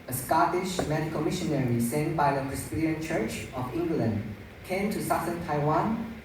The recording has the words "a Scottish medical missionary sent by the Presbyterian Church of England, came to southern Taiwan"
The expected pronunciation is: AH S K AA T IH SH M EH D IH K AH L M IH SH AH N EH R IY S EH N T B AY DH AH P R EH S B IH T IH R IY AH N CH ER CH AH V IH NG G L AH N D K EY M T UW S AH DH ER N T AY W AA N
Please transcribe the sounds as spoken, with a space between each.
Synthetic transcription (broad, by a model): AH S K AA T IH SH M EH D IH K AH L M IH SH AH N EH R IY S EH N B AY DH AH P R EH S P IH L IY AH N CH ER CH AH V IH NG G L AH N D K EY M T UW S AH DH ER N T AY W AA N